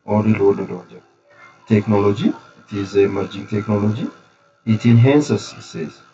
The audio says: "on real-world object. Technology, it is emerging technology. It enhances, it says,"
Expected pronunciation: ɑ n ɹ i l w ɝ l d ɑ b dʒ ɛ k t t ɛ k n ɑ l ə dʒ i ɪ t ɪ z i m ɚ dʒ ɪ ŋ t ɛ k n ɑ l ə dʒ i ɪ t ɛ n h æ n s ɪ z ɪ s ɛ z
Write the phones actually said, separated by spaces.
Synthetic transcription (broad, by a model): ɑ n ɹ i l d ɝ d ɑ dʒ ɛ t t ɛ k n ɑ l ə dʒ i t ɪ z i m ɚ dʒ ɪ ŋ t ɛ k n ɑ l ə dʒ i ɪ t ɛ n h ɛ n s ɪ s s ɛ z